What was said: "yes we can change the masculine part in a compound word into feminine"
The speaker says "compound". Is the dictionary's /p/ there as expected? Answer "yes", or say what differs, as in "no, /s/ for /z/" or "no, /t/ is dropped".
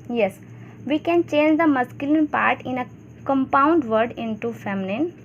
yes